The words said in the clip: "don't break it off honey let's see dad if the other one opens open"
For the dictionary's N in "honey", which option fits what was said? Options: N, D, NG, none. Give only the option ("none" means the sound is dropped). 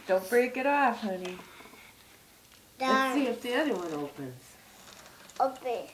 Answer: N